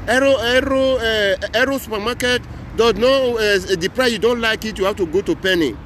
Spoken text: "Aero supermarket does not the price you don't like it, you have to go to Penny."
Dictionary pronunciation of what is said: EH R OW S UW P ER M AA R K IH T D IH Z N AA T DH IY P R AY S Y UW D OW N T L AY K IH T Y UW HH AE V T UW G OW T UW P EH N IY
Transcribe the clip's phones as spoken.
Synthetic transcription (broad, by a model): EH R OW S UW P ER M AA K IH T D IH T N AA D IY P R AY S Y UW D OW N T L AY K IH T Y UW HH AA F T UW G OW T UW P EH N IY